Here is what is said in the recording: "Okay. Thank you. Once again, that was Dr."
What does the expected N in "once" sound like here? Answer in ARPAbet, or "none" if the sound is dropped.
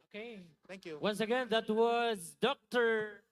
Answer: N